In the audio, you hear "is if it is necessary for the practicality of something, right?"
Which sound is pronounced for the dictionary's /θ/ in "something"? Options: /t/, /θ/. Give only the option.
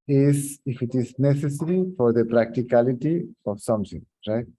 /t/